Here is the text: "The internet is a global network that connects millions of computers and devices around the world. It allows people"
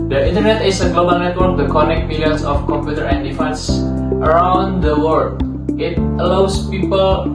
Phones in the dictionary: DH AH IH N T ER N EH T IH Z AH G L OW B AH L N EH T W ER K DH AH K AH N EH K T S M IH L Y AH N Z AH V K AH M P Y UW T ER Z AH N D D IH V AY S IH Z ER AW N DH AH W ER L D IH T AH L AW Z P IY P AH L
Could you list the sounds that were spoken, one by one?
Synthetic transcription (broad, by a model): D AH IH N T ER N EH T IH S AH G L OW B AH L N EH T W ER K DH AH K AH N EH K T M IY L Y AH N S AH F K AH M P Y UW T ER AH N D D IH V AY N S ER AW N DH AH W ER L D IH T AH L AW S P IY P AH L